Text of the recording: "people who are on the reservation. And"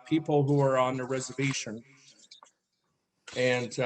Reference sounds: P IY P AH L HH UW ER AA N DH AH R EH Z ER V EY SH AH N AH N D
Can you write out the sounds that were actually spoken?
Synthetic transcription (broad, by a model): P IY P L HH UW ER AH N DH AH R EH Z ER V EY SH AH N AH N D